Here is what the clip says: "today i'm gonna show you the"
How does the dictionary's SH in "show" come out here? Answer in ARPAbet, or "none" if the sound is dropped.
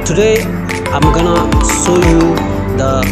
S